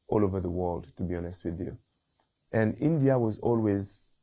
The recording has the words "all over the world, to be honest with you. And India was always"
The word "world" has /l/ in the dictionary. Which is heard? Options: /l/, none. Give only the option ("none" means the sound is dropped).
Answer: /l/